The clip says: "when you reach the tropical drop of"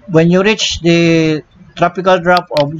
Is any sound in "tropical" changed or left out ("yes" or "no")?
no